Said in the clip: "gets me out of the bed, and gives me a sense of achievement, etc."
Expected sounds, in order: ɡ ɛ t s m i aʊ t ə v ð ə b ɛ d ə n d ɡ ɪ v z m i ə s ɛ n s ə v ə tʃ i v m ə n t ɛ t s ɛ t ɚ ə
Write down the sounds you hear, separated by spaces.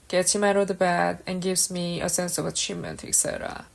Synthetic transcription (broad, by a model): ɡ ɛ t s m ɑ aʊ t ə v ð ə b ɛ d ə n ɡ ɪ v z m i ə s ɛ n s ə v ə tʃ i v m ə n t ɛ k s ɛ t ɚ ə